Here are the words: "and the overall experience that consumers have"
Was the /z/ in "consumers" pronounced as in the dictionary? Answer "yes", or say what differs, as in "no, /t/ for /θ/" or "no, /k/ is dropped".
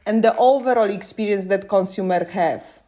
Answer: no, /z/ is dropped